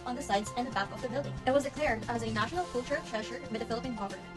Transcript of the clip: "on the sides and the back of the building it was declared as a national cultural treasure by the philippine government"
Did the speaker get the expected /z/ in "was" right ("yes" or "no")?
yes